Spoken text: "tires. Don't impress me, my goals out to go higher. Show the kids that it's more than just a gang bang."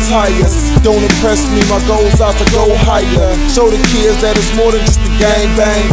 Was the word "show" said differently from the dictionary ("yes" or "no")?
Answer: yes